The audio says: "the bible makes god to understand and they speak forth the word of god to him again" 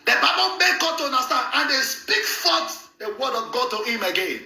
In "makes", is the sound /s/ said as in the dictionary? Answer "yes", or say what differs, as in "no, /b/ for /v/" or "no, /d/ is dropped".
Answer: no, /s/ is dropped